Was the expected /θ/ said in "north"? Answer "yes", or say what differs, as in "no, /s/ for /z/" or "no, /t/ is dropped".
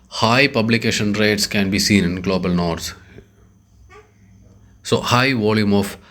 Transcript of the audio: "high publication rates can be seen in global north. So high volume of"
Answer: no, /s/ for /θ/